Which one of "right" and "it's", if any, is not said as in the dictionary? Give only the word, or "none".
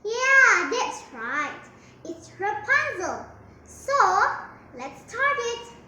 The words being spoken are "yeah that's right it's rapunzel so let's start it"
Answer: none